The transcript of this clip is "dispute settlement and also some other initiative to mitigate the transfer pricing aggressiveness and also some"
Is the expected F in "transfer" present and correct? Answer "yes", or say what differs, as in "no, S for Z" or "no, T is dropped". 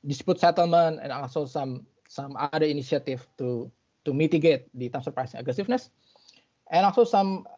no, F is dropped